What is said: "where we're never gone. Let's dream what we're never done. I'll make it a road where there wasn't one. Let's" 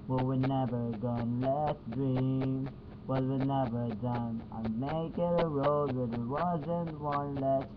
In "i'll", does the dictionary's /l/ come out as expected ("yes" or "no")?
no